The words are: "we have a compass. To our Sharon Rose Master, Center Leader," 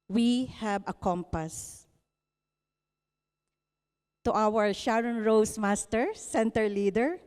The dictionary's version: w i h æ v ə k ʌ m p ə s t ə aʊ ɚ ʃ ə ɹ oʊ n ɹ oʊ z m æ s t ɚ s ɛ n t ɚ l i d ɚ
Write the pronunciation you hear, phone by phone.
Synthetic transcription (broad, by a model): w i h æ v ə k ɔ m p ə s t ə aʊ ɚ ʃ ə ɹ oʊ n ɹ oʊ s m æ s t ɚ s ɛ n t ɚ l i d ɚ